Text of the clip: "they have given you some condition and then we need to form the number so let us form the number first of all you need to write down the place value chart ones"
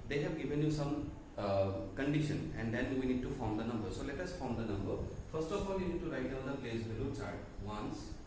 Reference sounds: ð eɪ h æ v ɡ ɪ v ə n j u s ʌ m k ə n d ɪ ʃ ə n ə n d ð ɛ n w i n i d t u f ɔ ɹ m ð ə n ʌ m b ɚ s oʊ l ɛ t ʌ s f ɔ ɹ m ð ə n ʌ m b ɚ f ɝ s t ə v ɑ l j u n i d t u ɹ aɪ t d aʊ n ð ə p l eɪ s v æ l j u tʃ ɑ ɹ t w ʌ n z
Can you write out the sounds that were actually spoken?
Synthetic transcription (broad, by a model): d eɪ h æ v ɡ ɪ v ə n j u s ʌ m k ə n d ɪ ʃ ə n ə n d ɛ n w i n i d t u f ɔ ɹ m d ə n ʌ m b ɚ s oʊ l ɛ t ʌ s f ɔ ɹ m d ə n ʌ m b ɚ f ɝ s t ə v ɑ l j u n i d t u ɹ aɪ t d aʊ n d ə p l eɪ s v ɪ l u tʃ ɑ ɹ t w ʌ n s